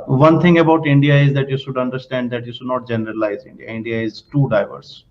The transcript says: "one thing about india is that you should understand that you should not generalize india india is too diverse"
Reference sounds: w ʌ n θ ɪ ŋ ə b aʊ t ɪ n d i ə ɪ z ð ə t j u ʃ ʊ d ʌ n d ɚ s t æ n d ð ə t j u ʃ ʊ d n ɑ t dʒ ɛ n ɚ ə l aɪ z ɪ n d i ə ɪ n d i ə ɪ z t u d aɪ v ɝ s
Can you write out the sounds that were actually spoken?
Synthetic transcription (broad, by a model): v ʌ n t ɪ ŋ ə b aʊ t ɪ n d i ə ɪ z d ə t j u ʃ ʊ d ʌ n d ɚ s t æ n d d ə t j u ʃ ʊ d n ɑ t dʒ ɛ n ɚ ə l aɪ z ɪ n d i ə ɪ n d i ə ɪ z t u d aɪ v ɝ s